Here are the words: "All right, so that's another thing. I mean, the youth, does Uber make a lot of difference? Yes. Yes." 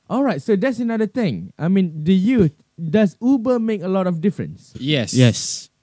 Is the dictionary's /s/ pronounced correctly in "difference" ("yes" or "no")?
yes